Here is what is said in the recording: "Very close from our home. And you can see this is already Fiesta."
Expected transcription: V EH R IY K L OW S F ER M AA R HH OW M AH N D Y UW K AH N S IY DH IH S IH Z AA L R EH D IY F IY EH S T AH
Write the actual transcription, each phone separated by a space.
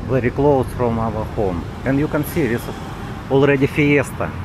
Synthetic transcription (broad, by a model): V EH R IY K L OW S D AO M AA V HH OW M AH N D Y UW K AH N S IY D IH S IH S AA L R EH D IY F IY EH S T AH